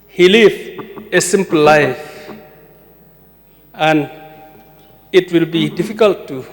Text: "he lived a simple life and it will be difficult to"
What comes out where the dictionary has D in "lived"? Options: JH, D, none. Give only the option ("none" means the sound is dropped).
none